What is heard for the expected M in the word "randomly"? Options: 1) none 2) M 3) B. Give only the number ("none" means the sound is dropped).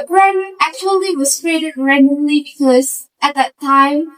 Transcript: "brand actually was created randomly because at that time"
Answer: 1